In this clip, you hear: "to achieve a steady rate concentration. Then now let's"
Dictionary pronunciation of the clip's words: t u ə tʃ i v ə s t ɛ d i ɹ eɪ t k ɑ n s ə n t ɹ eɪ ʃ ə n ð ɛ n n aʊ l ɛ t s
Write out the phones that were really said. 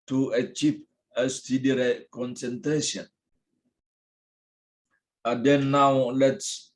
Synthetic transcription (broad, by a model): t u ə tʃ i p ə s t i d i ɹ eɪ k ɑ n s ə n t ɹ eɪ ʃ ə n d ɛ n n aʊ l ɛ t s